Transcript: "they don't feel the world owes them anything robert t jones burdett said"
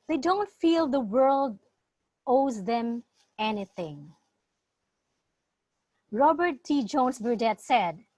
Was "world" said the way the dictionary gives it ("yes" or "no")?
yes